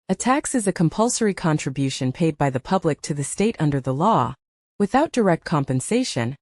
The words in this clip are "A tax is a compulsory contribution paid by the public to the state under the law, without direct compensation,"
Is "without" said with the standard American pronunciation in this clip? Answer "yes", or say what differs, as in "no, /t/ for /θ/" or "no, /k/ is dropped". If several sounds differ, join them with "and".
yes